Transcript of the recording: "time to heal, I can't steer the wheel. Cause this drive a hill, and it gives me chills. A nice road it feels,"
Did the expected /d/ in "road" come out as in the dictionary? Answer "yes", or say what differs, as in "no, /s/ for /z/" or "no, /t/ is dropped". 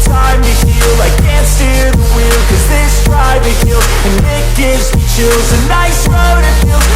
yes